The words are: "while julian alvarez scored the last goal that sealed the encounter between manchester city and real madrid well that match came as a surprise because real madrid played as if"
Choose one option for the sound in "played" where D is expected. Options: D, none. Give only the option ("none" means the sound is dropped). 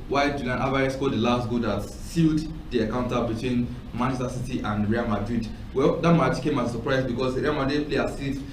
none